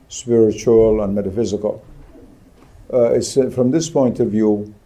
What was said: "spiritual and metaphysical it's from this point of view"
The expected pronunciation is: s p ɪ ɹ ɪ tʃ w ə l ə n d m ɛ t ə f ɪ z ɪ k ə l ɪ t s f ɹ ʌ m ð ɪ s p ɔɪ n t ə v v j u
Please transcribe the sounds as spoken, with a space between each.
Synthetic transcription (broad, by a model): s p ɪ ɹ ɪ tʃ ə l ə n m ɛ t ə f ɪ z ɪ k ə l ɪ t s f ɹ ʌ m ð ɪ s p ɔɪ n t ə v v j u